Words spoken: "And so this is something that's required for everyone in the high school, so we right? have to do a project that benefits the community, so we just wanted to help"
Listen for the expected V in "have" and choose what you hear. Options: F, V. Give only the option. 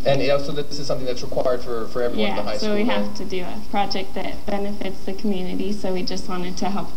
F